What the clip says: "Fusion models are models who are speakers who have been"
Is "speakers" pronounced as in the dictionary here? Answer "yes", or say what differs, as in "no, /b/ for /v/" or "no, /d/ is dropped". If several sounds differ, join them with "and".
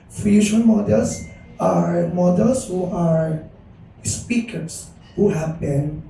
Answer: no, /s/ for /z/